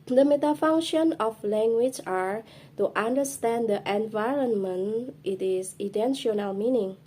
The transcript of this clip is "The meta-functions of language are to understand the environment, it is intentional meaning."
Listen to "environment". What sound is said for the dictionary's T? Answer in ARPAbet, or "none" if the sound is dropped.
T